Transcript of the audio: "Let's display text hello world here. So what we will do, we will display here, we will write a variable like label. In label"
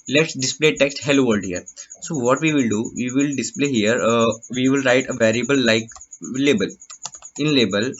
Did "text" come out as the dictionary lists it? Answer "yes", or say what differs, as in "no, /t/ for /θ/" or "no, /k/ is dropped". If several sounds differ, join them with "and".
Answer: yes